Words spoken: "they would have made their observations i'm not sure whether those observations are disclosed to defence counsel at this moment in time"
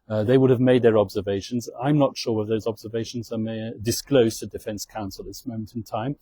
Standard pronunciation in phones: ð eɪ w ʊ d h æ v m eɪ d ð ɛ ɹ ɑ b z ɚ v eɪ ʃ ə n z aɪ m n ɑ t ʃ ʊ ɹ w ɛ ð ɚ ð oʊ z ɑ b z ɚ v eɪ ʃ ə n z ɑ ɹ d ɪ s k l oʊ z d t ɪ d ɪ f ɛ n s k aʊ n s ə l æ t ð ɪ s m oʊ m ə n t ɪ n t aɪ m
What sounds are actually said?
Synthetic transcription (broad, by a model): ð eɪ w ʊ d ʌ v m eɪ d ð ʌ ɹ ɑ b z ɚ v eɪ ʃ ə n z aɪ m n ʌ t ʃ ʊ ɹ w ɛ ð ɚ ð oʊ z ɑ b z ɚ v eɪ ʃ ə n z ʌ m d ɪ s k l oʊ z t ɪ d ɪ f ɛ n s k aʊ n s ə l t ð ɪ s m oʊ m ə n t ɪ n t aɪ m